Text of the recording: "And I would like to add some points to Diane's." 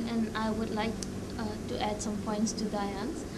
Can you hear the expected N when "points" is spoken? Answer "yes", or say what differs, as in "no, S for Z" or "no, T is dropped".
yes